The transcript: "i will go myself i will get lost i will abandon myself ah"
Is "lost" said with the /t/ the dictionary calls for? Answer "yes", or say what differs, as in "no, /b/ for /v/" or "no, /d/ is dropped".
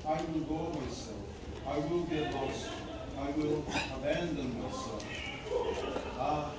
no, /t/ is dropped